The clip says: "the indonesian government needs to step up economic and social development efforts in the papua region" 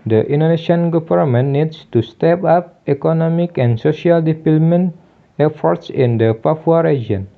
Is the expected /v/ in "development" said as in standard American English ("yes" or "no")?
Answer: no